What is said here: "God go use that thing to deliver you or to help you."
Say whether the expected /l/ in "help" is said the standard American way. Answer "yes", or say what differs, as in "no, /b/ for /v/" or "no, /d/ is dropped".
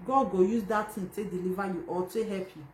no, /l/ is dropped